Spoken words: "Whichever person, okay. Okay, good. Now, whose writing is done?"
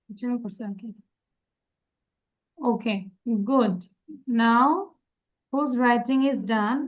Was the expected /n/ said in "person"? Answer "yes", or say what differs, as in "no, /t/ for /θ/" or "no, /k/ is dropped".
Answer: no, /n/ is dropped